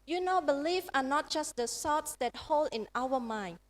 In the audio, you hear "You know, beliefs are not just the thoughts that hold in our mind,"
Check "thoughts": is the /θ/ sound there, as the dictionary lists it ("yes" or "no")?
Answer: no